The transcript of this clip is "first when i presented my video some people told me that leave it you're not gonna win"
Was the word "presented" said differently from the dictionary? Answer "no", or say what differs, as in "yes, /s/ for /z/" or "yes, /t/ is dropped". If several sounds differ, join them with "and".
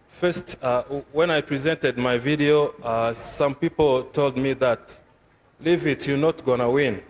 no